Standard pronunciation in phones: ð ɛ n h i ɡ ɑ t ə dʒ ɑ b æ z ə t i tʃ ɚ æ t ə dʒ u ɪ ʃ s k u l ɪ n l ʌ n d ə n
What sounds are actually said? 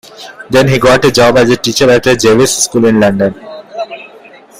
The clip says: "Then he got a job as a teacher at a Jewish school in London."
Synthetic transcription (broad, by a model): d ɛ n h i ɡ ɑ t ə dʒ ɑ b æ z ə t i tʃ ɚ æ t ə dʒ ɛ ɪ s s k u l ɪ n l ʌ n d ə n